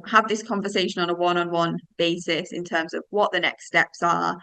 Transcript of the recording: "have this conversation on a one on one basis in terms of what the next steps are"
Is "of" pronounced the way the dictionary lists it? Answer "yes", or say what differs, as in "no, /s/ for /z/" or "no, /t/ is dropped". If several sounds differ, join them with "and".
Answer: yes